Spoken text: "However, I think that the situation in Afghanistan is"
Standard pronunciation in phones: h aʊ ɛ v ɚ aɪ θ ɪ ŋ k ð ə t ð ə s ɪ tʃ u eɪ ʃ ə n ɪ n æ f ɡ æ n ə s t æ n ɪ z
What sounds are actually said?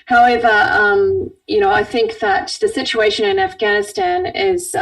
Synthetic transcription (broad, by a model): h aʊ ɛ v ɚ aɪ θ ɪ ŋ k ð ə t ð ə s ɪ tʃ u eɪ ʃ ə n ɪ n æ f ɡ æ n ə s t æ n ɪ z